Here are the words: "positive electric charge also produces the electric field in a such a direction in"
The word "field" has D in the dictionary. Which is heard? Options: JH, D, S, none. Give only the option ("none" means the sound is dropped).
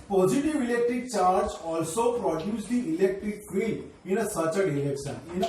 none